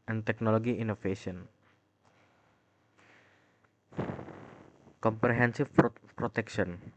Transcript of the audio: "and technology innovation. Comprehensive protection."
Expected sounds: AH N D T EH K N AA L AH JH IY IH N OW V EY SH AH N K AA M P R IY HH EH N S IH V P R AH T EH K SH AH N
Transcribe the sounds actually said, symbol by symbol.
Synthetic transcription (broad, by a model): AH N T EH K N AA L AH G IY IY N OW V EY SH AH N K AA M P R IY HH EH N S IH F P R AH T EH K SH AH N